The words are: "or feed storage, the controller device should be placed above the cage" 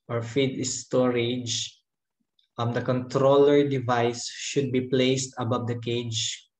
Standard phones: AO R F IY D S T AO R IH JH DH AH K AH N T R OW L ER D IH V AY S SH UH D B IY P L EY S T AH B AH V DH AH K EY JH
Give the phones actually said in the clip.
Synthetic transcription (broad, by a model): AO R F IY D S T AO R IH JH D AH K AH N T R OW L ER D IH V AY S SH UH D B IY P L EY S T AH B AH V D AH K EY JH